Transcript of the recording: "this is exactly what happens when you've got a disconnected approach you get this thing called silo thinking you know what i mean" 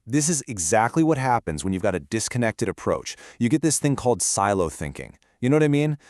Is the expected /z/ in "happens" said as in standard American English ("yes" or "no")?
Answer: yes